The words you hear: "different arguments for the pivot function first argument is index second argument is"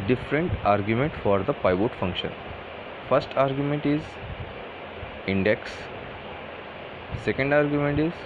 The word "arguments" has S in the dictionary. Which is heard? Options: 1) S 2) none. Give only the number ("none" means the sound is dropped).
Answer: 2